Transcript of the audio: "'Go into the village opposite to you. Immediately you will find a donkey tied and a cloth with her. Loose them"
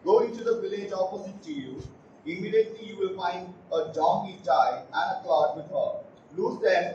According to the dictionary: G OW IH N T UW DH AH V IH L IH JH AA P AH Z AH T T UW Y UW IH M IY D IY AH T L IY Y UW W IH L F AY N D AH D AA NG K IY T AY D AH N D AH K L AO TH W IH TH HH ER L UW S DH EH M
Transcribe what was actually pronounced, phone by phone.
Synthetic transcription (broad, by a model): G OW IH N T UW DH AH V IH L IH JH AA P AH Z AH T T UW Y UW IH M IY D IY AH T L IY Y UW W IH L F AY N D AH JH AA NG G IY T AY AH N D AH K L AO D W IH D HH ER L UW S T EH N